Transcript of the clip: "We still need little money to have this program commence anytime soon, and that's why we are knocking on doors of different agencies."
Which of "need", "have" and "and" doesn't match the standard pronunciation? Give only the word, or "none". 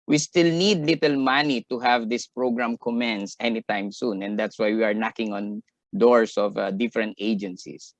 none